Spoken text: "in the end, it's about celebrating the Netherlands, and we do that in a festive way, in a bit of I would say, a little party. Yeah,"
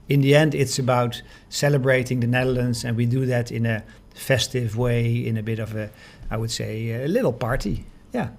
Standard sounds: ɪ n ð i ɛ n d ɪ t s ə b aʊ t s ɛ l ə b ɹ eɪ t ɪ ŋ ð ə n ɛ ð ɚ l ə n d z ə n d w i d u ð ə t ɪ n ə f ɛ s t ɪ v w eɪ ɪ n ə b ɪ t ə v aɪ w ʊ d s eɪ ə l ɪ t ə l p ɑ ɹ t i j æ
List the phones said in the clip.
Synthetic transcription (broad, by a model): ɪ n ð i ɛ n d ɪ t s ə b aʊ t s ɛ l ə b ɹ eɪ t ɪ ŋ ð ə n ɛ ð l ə n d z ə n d w i d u ð ə t ɪ n ə f ɛ s t ɪ v w eɪ ɪ n ə b ɪ t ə v aɪ w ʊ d s eɪ ə l ɪ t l p ɑ ɹ t i j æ